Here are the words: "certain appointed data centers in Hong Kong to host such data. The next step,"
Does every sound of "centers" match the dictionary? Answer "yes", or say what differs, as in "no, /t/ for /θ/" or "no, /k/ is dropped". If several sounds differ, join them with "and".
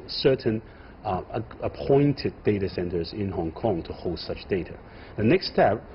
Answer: yes